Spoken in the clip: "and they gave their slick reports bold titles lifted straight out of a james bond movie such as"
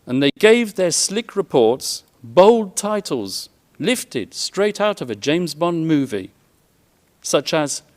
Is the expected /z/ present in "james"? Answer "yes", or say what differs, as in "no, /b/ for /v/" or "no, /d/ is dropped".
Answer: yes